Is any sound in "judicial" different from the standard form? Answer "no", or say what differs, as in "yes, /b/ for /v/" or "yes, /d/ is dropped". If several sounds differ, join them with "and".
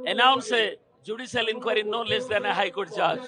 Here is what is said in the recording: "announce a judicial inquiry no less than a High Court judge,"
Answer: yes, /s/ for /ʃ/